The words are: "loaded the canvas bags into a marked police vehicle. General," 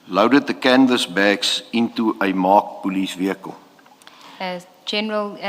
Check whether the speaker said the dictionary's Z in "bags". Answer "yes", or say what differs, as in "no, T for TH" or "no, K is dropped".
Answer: no, S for Z